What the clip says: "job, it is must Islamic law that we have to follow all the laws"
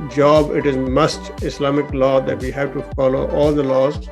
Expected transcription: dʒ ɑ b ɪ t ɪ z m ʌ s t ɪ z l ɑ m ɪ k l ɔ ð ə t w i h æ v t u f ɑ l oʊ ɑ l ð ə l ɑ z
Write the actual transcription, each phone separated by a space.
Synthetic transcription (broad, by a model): dʒ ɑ b ɪ t ɪ z m ʌ s t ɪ s l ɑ m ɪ k l ɔ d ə t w i h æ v t u f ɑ l oʊ ɑ l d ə l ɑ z